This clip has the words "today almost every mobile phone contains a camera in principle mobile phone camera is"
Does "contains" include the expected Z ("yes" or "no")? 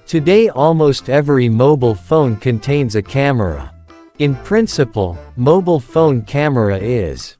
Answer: yes